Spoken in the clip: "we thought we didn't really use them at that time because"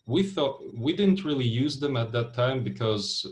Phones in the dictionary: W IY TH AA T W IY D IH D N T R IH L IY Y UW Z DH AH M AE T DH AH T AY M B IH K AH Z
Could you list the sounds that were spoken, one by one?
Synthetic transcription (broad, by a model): W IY TH AA T W IY D IH D N T R IH L IY Y UW Z DH AH M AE T DH AH T AY M B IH K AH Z